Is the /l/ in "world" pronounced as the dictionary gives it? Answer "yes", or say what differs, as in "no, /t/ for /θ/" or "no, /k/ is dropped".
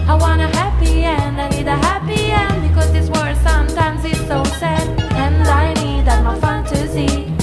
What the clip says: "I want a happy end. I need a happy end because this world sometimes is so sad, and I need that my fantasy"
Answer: no, /l/ is dropped